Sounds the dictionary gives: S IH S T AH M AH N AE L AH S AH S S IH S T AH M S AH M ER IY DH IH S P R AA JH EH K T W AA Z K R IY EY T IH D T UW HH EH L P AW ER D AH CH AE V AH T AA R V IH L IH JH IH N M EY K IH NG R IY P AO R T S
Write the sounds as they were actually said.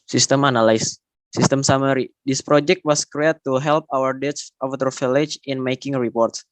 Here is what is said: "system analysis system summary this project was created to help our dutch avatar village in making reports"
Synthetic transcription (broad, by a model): S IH S T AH M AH N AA L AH AH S S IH S T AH M S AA M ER IY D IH S P R AA JH EH K T W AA S K R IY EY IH T UW HH EH L P AW ER D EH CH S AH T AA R F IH L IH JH IH N M EY K IH NG R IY P AO R T S